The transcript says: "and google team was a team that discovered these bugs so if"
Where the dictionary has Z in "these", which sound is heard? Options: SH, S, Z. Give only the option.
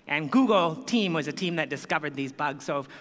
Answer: Z